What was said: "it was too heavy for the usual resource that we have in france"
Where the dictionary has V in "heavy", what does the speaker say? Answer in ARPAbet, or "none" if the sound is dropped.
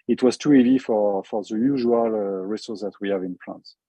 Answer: F